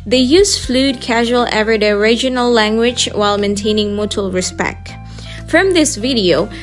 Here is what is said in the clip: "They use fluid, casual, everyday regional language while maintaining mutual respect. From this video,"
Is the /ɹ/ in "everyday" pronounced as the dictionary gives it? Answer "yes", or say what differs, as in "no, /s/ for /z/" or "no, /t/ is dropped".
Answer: no, /ɹ/ is dropped